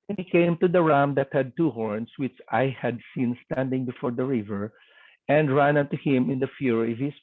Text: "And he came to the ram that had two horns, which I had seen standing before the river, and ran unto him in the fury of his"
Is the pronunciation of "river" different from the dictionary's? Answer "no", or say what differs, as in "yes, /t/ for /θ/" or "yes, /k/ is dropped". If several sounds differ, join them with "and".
no